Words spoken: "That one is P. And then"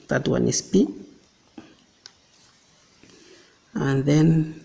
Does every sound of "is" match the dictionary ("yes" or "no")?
no